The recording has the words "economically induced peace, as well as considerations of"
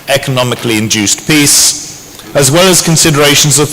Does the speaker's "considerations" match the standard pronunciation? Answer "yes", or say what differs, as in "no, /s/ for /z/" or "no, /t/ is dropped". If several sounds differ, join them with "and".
yes